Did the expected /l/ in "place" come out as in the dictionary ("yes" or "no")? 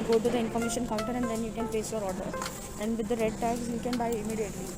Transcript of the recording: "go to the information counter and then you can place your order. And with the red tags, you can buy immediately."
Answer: no